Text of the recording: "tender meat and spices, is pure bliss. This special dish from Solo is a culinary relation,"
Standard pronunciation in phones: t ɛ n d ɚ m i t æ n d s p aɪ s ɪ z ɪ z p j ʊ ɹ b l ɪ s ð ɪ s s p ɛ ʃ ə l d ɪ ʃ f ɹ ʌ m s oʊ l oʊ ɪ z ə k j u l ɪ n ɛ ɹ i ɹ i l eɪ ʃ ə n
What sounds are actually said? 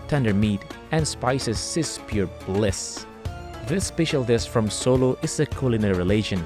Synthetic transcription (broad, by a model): t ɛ n d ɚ m i t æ n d s p aɪ s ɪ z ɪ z p j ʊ ɹ b l ɪ s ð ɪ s s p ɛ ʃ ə l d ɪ s f ɹ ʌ m s oʊ l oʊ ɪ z ə k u l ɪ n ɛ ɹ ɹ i l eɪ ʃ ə n